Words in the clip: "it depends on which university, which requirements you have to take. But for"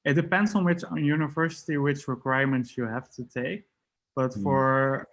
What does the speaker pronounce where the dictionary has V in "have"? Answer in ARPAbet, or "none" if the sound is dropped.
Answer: F